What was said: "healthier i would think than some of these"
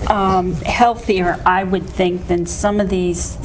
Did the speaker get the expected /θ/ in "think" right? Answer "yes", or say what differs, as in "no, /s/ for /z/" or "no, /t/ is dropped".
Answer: yes